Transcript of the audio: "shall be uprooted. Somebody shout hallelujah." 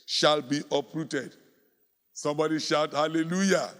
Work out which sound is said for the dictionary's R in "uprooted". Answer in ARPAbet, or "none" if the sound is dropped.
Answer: R